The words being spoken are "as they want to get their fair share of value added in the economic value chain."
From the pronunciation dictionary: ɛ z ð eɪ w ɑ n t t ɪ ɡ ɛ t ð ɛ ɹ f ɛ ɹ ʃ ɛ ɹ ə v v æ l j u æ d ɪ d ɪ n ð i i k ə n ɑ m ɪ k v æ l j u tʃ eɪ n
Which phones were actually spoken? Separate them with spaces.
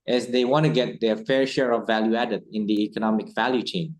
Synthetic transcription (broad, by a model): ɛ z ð eɪ w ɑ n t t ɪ ɡ ɛ t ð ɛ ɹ f ɛ ɹ ʃ ɛ ɹ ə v v æ l j u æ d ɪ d ɪ n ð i i k ə n ɑ m ɪ k v æ l j u tʃ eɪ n